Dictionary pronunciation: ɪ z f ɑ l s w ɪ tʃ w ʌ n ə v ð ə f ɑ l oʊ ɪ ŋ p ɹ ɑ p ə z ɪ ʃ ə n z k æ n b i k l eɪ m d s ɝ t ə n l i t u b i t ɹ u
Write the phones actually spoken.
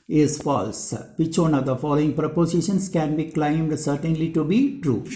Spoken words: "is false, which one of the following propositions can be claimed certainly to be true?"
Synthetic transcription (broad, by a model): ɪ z f ɑ l s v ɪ tʃ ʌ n ə v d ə f ɑ l oʊ ɪ ŋ p ɹ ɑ p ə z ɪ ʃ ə n s k æ n b i k l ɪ m d s ɝ t ə n l i t u b i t ɹ u